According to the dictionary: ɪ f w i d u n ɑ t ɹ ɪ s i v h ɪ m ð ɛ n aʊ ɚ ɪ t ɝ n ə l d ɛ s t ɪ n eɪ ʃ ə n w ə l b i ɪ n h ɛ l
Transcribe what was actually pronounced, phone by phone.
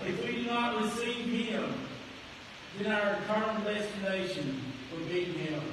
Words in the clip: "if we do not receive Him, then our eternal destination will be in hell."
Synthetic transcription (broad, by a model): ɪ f w i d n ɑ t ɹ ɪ s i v h ɪ m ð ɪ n aʊ ɚ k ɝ ə n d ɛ s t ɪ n eɪ ʃ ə n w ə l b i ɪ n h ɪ